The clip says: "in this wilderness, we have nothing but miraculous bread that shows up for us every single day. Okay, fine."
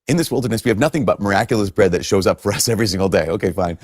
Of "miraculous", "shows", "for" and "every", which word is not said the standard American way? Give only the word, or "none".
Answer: none